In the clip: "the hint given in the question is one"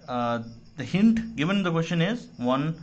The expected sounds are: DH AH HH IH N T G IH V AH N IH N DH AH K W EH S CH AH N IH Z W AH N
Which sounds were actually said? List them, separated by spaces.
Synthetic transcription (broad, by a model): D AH HH IH N T G IH V AH N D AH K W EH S SH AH N IH Z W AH N